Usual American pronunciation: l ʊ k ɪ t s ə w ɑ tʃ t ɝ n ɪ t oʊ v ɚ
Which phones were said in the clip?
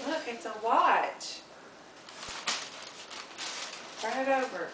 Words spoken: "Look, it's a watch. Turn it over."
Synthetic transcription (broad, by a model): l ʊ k ɪ t s ə w ɑ tʃ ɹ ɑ ɪ t oʊ v ɚ